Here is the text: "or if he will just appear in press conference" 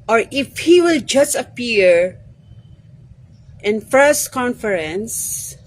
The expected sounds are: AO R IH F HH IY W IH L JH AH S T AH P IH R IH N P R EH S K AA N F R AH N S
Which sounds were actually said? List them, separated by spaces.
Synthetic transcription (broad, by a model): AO R IH F HH IY W IH L JH AH S T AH P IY R IH N F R S K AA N F R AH N S